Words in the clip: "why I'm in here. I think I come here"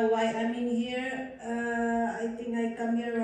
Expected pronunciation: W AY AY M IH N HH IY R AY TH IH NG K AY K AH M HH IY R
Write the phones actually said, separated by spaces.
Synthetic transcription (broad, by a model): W AY AY M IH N HH IY R AY T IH NG K AY K AH M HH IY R